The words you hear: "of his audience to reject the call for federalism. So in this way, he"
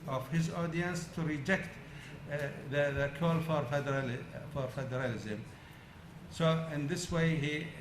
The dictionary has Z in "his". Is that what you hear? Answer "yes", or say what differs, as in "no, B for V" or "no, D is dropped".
yes